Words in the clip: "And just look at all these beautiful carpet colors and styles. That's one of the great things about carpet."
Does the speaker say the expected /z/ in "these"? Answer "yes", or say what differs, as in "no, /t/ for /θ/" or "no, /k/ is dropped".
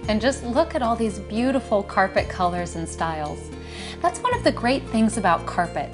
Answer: yes